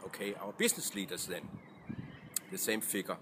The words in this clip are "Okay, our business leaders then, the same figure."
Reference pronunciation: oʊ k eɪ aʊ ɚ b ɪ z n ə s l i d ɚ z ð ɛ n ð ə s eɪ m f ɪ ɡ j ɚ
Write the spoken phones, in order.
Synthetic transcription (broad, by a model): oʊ k eɪ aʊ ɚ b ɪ s n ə s l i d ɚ s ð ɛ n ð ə s eɪ m f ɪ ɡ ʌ